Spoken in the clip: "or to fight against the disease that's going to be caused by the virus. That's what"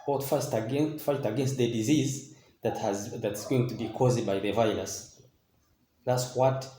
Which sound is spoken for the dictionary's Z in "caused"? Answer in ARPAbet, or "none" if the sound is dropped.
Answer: Z